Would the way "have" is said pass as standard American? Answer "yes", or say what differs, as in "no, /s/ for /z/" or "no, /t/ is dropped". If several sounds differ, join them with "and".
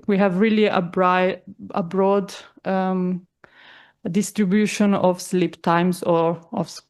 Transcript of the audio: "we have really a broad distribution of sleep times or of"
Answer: yes